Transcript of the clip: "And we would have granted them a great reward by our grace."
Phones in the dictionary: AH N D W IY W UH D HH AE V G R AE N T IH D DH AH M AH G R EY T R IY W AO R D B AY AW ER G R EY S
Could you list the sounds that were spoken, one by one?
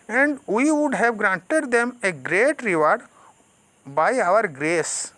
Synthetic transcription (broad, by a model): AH N D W IY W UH D HH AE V G R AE N T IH D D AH M AH G R EY T R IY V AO R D B AY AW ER G R EY S